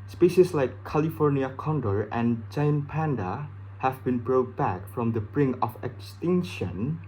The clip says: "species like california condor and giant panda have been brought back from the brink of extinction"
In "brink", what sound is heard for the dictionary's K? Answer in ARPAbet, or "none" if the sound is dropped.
none